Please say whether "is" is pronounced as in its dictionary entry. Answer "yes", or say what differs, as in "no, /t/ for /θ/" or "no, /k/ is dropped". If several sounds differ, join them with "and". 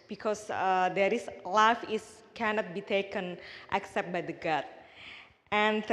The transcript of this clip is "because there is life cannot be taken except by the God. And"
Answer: no, /s/ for /z/